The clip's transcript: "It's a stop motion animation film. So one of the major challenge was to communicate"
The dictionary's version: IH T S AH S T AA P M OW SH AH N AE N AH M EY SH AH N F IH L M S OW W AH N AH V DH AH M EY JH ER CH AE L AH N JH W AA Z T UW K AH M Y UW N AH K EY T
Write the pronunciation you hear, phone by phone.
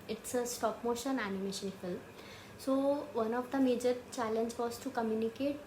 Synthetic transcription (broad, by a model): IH T S AH S T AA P M OW SH AH N AE N AH M EY SH AH N F IH L M S OW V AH N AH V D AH M EY JH ER CH AE L AH N JH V AA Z T UW K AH M Y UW N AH K EY T